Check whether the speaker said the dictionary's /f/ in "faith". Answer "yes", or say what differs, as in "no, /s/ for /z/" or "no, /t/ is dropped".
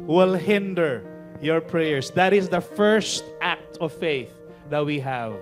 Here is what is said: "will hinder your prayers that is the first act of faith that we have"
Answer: yes